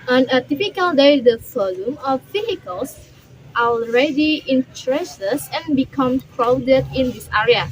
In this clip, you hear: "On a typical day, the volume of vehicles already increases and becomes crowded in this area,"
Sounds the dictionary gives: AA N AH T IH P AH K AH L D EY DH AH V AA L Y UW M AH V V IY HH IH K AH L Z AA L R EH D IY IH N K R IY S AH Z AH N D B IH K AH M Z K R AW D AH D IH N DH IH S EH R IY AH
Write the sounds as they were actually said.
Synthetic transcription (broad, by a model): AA N AH T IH P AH K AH L D EY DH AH F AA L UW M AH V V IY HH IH K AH L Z AA L R EH D IY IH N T R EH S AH S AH N B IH K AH M K R AW D AH D IH N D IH S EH R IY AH